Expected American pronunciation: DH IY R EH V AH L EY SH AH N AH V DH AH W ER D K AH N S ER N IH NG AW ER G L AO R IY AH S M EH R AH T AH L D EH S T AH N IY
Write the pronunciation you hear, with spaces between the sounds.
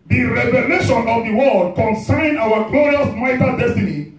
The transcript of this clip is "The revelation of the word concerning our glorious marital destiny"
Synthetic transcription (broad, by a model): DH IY R EH V AH L EY SH AH N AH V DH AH W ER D K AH N S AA IH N AW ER G L AO R IY AH S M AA AH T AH D EH S T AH N IY